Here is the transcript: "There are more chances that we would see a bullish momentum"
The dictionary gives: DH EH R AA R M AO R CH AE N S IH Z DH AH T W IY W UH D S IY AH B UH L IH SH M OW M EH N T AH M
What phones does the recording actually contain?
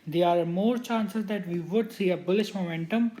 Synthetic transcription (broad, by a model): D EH AA R M AO R CH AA N S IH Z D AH T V IY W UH D S IY AH B UH L IH SH M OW M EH N T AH M